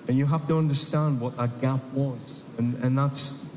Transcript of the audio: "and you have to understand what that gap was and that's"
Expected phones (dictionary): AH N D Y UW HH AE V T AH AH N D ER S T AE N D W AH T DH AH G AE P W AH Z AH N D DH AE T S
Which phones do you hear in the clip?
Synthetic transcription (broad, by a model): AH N Y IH HH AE F T AH AH N D ER S T AE N D W AH T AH G AE P W AH Z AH N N DH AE T S